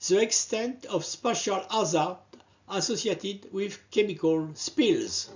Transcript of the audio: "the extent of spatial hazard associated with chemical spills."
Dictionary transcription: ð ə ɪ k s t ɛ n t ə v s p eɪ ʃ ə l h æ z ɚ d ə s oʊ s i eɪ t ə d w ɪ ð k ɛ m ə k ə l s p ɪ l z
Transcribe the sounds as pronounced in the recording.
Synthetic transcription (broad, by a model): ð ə ɪ k s t ɛ n t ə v s p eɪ ʃ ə l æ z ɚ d ə s oʊ s i eɪ t ə d w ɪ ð k ɛ m ə k ə l s p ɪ l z